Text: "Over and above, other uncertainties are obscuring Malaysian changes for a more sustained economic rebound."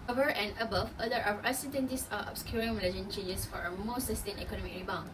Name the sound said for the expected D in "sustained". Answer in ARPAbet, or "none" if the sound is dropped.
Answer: none